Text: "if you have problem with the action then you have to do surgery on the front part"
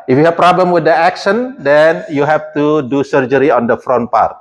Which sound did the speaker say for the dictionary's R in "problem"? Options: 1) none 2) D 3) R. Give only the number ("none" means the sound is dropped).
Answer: 3